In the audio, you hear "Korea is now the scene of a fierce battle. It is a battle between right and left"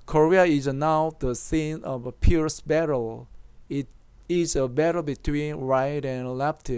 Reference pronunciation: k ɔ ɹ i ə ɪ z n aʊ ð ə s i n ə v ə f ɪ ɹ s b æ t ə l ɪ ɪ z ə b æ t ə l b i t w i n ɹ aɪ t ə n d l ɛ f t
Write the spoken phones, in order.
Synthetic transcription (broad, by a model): k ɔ ɹ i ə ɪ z n aʊ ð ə s i n ə v ə p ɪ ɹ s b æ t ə l ɪ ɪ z ə b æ t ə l b i t w i n ɹ aɪ t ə n l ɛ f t